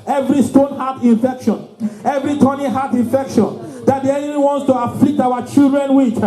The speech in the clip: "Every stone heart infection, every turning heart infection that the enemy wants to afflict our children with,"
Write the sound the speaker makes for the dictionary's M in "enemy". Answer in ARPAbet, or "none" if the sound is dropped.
none